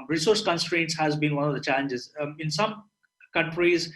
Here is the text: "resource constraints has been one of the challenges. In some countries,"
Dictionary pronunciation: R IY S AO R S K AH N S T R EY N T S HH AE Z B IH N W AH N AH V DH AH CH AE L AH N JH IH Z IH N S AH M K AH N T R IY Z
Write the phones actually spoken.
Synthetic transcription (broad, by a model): R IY S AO R S K AH N S T R EY N T S HH AE Z B IH N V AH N AH V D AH CH AE L AH N JH IH Z IH N S AH M K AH N T R IY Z